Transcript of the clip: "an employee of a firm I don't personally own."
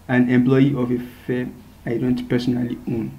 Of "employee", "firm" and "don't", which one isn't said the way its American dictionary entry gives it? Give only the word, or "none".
firm